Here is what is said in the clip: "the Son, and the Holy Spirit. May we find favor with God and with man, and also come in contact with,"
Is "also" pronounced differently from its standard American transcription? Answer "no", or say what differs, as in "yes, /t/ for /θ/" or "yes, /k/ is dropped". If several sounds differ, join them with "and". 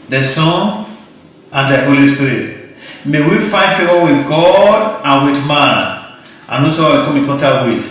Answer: yes, /l/ is dropped